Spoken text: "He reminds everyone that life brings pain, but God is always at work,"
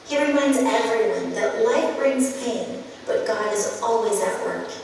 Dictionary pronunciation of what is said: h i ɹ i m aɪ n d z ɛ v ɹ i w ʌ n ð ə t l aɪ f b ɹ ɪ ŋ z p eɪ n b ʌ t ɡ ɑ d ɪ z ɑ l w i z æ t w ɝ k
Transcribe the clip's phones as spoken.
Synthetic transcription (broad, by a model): h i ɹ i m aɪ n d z ɛ v ɹ i w ʌ n ð ə t l aɪ f b ɹ ɪ ŋ z p eɪ n b ʌ t ɡ ɑ d ɪ z ɑ l w i z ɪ t w ɝ k